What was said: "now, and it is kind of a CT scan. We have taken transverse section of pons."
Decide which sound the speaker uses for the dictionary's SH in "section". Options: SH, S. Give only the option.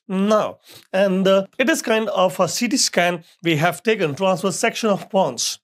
SH